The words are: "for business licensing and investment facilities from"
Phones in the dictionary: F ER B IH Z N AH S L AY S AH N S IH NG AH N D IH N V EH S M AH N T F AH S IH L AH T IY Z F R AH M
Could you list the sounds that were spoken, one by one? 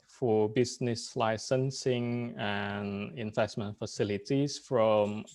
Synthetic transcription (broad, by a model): F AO B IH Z N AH S L AY S AH N S IH NG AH N IH N V EH S M AH N T F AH S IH L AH T IY S F R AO M